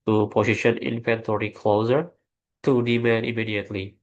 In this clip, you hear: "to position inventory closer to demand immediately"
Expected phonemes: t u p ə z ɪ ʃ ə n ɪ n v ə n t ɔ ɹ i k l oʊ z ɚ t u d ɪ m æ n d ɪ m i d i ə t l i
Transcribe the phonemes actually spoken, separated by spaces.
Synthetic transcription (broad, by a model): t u p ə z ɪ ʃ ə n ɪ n p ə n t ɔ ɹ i k l oʊ z ɚ t u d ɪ m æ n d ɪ m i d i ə t l i